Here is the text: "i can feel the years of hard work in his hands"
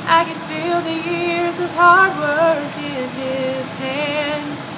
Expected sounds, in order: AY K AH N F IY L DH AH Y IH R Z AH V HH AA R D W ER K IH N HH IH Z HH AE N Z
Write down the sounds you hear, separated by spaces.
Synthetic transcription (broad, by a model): AY K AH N F IY L DH AH Y IH R Z AH V HH AA R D W ER K IH N IH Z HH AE N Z